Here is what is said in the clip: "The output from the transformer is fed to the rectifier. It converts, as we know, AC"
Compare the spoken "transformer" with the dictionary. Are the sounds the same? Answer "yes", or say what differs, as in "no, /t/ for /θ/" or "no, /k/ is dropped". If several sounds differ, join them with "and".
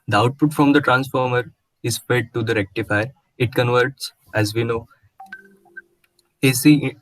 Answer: yes